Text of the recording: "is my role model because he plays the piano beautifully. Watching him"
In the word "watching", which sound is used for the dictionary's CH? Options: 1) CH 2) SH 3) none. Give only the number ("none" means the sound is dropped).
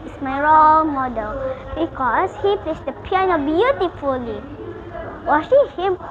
2